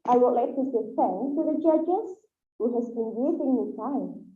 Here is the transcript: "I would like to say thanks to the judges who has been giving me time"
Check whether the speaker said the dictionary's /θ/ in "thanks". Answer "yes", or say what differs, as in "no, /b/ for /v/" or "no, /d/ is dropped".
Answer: no, /f/ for /θ/